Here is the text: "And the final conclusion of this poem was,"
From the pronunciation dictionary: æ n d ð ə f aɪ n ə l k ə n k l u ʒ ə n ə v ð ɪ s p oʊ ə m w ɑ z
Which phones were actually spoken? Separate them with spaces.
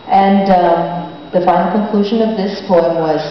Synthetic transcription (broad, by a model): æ n d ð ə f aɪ ə k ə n k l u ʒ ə n ə v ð ɪ s p oʊ ə m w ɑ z